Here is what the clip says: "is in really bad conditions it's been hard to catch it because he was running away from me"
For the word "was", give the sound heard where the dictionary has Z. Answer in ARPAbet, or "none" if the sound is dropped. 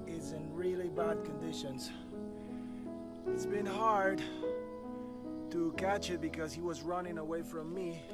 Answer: Z